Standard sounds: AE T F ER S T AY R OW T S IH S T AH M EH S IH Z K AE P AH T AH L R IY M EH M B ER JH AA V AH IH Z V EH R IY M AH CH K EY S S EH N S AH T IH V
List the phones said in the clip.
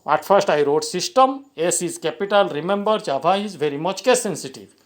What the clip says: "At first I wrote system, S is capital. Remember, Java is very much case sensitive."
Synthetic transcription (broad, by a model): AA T F ER S T AY R OW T S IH S T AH M EH S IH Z K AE P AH T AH L R IY M EH M B ER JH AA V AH IH Z V EH R IY M AH CH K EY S S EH N S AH T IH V